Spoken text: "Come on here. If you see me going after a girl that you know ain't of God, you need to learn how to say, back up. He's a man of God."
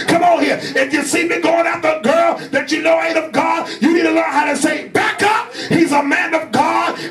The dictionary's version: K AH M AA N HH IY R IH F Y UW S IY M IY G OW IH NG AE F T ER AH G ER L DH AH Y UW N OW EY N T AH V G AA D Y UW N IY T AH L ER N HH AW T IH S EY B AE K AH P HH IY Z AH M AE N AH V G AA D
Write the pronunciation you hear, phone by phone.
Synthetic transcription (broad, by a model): K AH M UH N HH IY R IH F Y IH S IY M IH G OW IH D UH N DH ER AH G ER L DH AH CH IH N OW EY T AH V G AA D Y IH N IY T AH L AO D HH AW T IH S EY B AE K AH P HH IY Z AH M AE N AH V G AA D